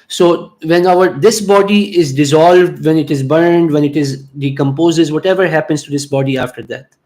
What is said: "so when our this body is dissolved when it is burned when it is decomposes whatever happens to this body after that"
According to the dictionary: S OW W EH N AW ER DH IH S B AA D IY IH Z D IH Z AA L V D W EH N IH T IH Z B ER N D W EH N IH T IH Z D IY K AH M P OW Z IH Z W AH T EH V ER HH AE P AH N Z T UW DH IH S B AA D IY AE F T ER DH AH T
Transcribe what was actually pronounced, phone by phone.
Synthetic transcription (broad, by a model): S OW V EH N AW ER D IH S B AA D IY IH Z D IH Z AA L V D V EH N IH T IH Z B ER N D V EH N IH T IH Z D IY K AH M P OW Z IH Z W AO T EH V ER HH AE P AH N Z T UW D IH S B AA D IY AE F T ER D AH T